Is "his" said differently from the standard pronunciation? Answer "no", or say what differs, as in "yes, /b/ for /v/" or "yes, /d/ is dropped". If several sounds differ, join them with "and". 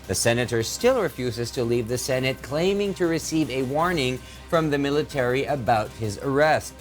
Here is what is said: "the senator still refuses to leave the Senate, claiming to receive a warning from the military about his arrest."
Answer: no